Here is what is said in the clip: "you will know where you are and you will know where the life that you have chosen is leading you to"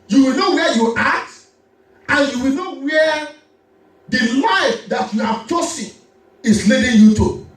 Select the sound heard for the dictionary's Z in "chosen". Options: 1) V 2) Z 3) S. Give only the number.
3